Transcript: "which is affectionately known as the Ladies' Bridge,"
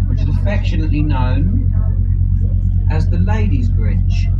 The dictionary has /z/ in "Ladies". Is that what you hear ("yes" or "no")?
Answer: yes